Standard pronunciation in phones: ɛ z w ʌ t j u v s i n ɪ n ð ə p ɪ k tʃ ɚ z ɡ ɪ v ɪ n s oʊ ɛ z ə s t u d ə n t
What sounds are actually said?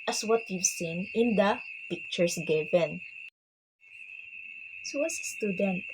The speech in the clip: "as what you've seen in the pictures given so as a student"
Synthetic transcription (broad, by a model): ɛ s w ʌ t j u v s i n ɪ n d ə p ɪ k tʃ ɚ s ɡ ɪ v ɪ n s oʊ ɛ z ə s t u d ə n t